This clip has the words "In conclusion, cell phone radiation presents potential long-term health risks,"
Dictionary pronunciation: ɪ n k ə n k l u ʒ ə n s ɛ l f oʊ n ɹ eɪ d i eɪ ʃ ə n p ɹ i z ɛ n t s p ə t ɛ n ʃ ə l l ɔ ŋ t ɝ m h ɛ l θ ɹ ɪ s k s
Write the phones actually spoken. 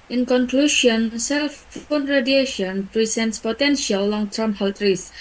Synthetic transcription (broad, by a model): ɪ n k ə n k l u ʃ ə n s ɛ l f oʊ n ɹ eɪ d i eɪ ʃ ə n p ɹ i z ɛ n t s p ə t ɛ n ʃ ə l l ɔ ŋ t ɝ m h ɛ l t ɹ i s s